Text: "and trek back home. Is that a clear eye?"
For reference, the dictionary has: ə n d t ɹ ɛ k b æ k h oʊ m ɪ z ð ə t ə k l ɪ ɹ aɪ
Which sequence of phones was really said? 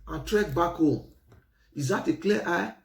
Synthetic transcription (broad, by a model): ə n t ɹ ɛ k b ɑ k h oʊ ɪ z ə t ə k l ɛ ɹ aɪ